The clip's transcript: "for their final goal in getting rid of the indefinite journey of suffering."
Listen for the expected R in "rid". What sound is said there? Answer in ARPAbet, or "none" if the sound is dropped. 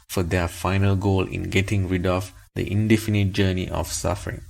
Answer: R